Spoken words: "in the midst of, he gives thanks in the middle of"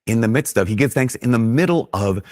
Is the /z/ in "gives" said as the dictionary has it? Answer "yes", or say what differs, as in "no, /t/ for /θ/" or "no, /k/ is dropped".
no, /z/ is dropped